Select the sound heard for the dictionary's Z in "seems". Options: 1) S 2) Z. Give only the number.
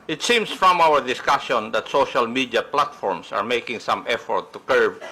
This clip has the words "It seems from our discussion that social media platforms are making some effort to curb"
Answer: 1